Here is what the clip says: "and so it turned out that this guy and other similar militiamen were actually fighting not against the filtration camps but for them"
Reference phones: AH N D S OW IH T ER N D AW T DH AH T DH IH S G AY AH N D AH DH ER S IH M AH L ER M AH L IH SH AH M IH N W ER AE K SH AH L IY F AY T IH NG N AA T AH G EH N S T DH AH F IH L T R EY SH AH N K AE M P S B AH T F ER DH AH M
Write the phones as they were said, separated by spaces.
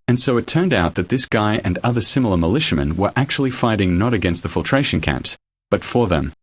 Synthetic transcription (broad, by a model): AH N S OW IH T ER N D AW T DH AH T DH IH S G AY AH N AH DH ER S IH M L ER M AH L IH SH AH M IH N W ER AE K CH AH L IY F AY T IH NG N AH T AH G EH N S T DH AH F IH L T R EY SH AH N K AE M P S B AH T F ER DH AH M